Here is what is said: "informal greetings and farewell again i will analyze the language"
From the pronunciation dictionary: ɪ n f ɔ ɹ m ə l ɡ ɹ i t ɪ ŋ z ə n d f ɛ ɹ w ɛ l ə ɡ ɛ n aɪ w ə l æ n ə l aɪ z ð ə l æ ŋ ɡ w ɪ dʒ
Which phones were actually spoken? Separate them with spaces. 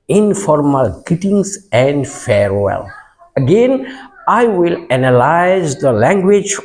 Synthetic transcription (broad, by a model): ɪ n f ɔ ɹ m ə l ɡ i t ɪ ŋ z ə n d f ɛ ɹ w ɛ l ə ɡ ɛ n aɪ w ə l æ n ə l aɪ z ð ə l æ ŋ ɡ w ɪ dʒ